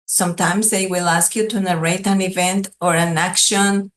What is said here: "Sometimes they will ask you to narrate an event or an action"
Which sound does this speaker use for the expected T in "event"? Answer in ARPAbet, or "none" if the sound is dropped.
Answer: T